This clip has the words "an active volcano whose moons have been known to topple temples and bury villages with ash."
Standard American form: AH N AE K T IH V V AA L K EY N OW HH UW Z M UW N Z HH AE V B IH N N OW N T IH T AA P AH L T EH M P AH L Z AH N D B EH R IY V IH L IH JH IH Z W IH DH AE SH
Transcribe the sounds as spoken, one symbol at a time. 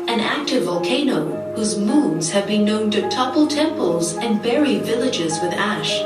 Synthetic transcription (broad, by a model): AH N AE K T IH V V AA L K EY N OW HH UW Z M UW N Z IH V B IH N N OW N T IH T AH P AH L T EH M P AH L Z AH N B EH R IY V IH L IH JH IH Z W IH DH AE SH